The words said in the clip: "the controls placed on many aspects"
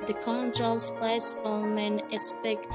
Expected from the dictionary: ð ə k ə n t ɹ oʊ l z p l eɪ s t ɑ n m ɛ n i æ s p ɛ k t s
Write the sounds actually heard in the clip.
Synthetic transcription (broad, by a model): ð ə k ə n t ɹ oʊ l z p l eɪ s ɑ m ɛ n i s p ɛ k